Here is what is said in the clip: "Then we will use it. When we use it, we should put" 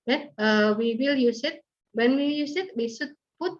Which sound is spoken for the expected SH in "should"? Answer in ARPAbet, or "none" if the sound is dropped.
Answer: S